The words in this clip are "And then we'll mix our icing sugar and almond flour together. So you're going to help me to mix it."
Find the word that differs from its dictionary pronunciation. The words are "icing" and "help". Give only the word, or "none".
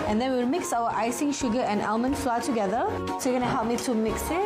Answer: none